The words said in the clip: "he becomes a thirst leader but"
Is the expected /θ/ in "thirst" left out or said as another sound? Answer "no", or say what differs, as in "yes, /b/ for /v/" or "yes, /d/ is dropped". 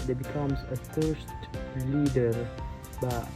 yes, /f/ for /θ/